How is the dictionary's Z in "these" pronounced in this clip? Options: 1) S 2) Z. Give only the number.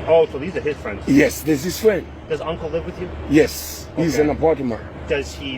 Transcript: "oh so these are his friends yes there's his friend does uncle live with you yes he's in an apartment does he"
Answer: 2